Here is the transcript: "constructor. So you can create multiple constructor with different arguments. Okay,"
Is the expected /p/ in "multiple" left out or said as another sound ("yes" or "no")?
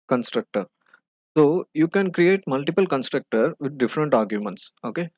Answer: no